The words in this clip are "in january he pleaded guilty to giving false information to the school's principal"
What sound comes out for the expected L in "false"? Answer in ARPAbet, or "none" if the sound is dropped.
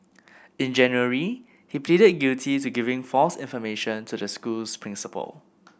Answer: L